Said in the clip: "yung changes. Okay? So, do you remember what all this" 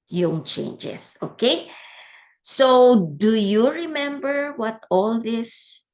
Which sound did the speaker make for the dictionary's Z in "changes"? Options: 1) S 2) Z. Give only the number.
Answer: 1